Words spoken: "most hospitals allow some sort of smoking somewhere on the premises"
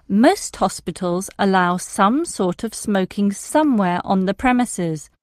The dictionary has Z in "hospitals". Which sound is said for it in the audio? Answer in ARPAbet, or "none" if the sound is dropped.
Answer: Z